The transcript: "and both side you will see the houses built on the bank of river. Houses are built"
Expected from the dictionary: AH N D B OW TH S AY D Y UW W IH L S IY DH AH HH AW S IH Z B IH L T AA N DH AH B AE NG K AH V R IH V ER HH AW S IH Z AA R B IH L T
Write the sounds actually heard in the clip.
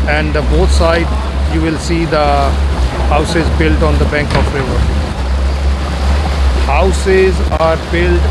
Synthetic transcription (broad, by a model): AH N D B OW T S AY D Y UW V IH L S IY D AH HH AW S IH Z B IH L T AA N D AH B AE NG K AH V R IH V ER HH AW S IH Z AA R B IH L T